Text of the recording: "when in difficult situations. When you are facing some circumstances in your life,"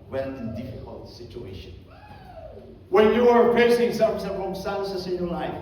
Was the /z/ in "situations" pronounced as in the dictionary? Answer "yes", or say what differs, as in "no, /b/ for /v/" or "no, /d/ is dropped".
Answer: no, /z/ is dropped